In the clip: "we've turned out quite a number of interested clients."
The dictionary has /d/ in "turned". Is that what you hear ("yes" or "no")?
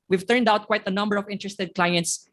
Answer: yes